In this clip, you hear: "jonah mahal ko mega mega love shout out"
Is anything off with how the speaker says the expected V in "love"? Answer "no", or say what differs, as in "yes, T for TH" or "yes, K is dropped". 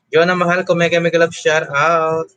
yes, B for V